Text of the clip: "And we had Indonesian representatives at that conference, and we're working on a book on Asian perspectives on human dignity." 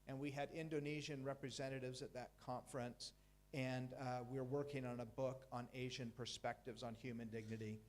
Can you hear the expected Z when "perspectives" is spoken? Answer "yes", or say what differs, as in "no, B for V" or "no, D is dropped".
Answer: yes